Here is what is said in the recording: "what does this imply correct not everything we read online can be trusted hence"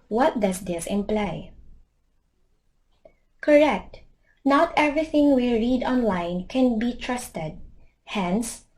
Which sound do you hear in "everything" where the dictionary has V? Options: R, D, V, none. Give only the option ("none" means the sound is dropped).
V